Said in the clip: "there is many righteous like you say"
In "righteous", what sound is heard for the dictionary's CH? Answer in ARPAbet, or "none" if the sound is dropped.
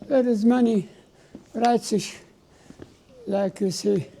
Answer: S